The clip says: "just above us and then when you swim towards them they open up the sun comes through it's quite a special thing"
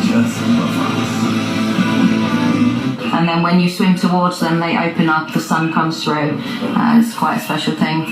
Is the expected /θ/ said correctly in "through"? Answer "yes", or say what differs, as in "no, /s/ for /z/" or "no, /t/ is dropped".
yes